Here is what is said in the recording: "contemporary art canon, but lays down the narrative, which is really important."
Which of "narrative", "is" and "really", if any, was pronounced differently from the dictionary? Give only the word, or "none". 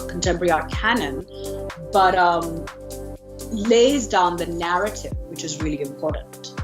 none